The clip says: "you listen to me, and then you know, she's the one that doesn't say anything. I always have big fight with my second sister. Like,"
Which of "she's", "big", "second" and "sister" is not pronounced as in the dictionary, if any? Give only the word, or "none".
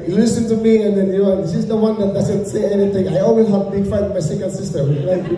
she's